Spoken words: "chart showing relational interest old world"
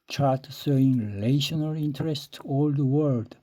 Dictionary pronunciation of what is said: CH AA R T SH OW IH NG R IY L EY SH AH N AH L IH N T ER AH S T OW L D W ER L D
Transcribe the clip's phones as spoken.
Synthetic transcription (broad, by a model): CH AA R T S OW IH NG R IY L EY SH AH N AH L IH N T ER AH S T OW L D W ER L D